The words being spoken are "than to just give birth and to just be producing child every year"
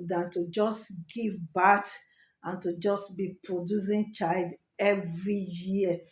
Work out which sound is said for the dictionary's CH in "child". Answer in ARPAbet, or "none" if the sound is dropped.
CH